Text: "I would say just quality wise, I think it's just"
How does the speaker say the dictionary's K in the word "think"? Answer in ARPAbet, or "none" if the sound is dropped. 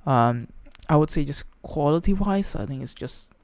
none